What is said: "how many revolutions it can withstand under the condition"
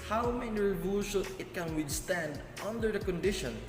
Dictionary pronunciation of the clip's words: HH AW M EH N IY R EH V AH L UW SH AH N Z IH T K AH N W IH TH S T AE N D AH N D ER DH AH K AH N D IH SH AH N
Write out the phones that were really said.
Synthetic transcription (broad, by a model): HH AW M EH N IY R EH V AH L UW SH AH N IH T K AH N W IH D S T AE N D AH N D ER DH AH K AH N D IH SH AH N